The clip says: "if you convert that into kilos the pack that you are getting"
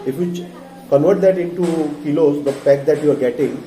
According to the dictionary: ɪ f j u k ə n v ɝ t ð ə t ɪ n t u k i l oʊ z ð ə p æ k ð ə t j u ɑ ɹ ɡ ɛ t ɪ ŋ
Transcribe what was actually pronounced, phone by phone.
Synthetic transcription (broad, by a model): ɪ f j u k ə n v ɝ t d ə t ɪ n t u k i l oʊ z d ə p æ k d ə t j u ɑ ɹ ɡ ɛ t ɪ ŋ